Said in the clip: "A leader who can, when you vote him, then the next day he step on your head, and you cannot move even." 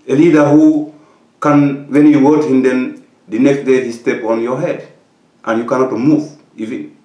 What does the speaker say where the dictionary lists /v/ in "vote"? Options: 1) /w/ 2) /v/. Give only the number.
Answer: 1